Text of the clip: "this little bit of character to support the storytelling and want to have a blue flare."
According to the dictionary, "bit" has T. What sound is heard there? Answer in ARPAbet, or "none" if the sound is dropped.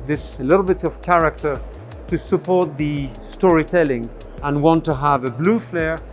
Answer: T